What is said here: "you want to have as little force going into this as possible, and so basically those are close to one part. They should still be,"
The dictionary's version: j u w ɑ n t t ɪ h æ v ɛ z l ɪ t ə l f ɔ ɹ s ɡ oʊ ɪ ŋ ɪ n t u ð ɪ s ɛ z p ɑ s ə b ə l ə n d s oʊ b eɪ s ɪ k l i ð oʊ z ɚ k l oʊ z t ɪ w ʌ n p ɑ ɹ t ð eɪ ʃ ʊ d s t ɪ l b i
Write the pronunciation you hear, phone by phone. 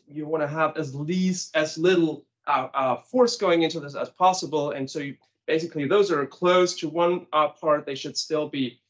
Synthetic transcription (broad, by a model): j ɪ w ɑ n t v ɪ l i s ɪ z l ɪ t l f ɔ ɹ s ɡ oʊ ɪ ŋ ɪ n t u ð ɪ s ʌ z p ɑ s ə b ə l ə n s oʊ b eɪ s ɪ k l i ð oʊ z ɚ k l oʊ z t ɪ w ʌ n p ɑ ɹ t ð eɪ ʃ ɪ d s t ɪ l b i